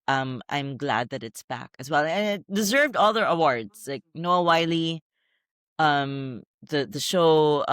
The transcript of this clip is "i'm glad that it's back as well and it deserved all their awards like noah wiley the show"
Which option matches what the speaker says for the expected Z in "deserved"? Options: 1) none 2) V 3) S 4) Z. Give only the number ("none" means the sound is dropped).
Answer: 4